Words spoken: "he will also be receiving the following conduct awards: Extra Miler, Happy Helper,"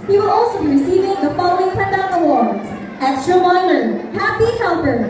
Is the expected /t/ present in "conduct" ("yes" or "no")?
no